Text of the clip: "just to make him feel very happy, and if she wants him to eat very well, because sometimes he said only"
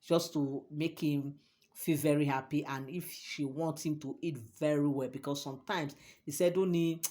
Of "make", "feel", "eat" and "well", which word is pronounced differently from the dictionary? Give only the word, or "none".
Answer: none